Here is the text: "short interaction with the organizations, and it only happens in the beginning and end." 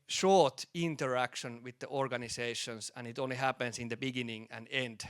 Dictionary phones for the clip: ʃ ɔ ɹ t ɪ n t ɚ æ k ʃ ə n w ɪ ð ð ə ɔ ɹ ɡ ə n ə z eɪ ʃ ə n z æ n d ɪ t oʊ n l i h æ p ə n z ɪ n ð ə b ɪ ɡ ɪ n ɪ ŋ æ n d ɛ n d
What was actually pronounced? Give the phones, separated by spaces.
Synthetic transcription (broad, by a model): ʃ ɔ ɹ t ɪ n t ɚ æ k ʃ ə n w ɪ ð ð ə ɔ ɹ ɡ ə n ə s eɪ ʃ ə n s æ n ɪ t oʊ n l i h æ p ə n s ɪ n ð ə b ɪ ɡ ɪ n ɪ ŋ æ n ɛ n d